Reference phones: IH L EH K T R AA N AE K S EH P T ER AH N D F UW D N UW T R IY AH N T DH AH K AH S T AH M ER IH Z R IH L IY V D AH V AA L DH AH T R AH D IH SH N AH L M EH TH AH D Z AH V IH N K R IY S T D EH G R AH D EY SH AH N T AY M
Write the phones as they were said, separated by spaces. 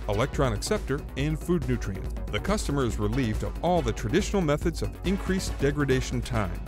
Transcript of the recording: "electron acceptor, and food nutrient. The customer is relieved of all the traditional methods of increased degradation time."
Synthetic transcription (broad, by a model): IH L EH K T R AA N AE K S EH P T ER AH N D F UW D N UW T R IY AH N DH AH K AH S T AH M ER IH Z R IH L IY V D AH V AA L DH AH T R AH D IH SH N L M EH TH AH D Z AH V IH N K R IY S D EH G R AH D EY SH N T AY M